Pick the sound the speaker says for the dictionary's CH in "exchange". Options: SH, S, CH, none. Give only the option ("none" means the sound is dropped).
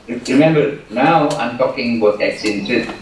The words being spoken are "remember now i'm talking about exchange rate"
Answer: none